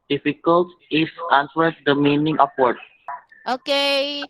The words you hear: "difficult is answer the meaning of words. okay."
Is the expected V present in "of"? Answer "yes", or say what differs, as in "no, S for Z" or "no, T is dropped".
no, P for V